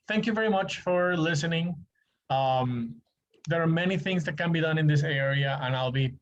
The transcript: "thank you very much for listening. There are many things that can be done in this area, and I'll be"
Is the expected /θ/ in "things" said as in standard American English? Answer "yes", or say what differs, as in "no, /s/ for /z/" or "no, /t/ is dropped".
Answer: yes